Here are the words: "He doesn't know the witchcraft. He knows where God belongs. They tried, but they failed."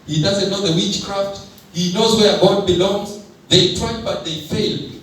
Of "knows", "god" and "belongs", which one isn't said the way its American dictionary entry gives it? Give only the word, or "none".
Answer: none